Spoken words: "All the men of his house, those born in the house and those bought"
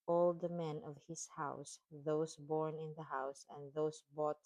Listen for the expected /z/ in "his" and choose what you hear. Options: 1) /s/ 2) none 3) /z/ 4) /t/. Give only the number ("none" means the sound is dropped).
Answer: 1